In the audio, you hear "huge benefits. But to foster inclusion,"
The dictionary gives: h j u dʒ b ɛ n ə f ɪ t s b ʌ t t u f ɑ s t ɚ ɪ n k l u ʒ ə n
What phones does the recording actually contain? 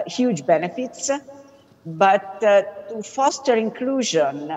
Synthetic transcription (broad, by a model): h j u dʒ b ɛ n ə f ɪ t s b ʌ t t u f ɑ s t ɚ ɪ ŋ k l u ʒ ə n